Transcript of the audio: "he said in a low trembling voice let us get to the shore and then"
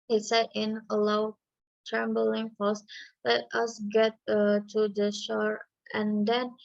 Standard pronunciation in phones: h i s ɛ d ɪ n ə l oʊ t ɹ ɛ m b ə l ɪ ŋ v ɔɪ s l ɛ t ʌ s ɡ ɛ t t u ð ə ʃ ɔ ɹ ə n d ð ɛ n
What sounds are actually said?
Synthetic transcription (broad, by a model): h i s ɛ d ɪ n ə l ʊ t ɹ ɛ m b ə l ɪ ŋ p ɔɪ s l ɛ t ʌ s ɡ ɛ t t u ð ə ʃ ɔ ɹ ə n d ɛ n